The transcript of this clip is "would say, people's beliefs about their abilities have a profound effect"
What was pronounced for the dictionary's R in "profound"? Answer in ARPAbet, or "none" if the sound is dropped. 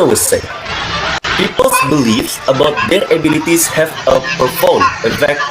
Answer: none